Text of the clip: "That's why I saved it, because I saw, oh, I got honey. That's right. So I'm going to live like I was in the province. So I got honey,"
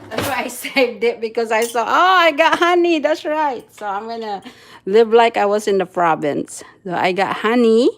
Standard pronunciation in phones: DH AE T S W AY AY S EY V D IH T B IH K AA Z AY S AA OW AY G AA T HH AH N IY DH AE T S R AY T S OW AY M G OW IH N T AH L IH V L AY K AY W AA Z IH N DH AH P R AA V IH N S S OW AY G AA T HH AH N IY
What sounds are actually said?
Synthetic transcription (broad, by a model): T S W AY AY S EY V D IH T B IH K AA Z AY S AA OW AY G AA T HH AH N IY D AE T S R AY T S OW AY M G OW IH N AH L IH V L AY K AY W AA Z IH N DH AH F R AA B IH N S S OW AY G AA T HH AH N IY